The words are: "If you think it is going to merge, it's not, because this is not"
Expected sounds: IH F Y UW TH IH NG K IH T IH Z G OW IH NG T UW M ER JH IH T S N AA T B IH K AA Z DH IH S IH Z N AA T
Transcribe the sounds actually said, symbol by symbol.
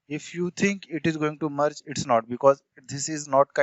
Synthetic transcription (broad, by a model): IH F Y UW T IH NG K IH T IH Z G OW IH NG T UW M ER CH IH T S N AA T B IH K AA Z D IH S IH Z N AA T